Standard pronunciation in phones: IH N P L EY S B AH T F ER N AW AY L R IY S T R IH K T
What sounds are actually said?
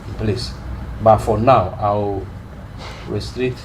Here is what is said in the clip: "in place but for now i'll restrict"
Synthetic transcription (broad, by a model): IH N P L EY S B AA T F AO N AW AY W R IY S T R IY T